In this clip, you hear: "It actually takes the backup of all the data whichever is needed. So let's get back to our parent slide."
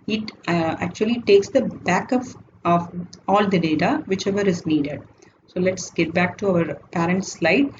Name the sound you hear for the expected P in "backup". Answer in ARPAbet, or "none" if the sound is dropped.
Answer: F